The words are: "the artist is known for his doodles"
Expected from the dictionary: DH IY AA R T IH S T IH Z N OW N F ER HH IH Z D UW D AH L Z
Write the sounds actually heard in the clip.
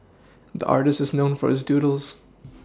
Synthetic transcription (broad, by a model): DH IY AA R T IH S T IH Z N OW N F ER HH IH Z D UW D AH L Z